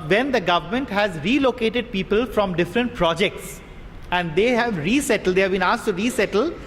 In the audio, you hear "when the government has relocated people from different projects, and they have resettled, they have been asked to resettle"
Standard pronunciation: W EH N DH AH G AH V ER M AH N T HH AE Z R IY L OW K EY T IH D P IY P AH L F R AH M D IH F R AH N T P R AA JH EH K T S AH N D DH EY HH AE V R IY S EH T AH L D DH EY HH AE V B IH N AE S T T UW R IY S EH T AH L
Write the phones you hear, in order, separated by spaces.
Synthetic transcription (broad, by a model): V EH N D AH G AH V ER M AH N T HH AE Z R IY L OW K EY T IH D P IY P AH L F R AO M D IH F R AH N T P R AA JH EH K T S AH N D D EY HH AE V R IY S EH T AH L D EY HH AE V B IH N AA S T T UW R IY S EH T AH L